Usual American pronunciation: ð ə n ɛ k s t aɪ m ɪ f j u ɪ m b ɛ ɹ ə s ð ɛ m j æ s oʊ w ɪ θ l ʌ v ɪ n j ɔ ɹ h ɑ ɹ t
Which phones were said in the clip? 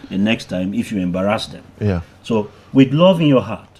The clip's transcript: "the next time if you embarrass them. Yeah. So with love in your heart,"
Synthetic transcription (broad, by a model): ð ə n ɛ k s t aɪ m ɪ f j u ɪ m b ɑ ɹ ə s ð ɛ m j s oʊ w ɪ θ l ʌ v ɪ n j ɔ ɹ h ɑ t